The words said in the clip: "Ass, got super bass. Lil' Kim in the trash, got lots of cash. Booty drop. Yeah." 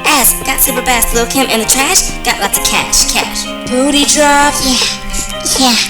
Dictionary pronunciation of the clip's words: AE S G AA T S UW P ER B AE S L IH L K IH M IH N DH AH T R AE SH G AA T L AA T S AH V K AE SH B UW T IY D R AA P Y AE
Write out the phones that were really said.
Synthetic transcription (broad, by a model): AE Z G AA T S UW P ER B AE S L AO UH K IH M IH N DH AH T R AE SH G AA T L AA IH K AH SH K AE SH B UW T IY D R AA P Y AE